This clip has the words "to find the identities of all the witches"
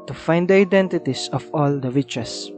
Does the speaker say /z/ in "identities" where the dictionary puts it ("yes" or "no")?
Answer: no